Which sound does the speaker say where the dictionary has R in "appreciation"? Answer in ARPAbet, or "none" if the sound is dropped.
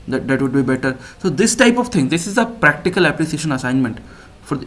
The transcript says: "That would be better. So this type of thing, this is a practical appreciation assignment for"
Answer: L